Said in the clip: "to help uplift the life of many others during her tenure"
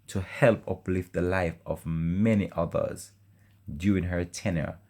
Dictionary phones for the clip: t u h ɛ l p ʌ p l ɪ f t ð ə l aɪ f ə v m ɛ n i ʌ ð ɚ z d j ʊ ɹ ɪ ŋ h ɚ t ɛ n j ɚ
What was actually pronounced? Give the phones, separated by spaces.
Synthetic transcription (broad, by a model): t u h ɛ l p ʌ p l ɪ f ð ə l aɪ f ə v m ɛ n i ʌ ð ɚ z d j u ɪ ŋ h ɚ t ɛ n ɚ